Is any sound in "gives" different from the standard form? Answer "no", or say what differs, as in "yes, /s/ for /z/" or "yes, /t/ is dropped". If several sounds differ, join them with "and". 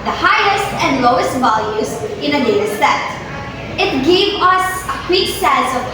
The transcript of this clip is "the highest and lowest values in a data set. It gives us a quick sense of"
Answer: yes, /z/ is dropped